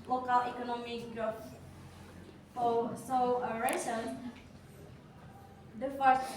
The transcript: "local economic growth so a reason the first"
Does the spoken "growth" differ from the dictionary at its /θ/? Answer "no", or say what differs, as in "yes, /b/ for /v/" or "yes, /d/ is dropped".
yes, /f/ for /θ/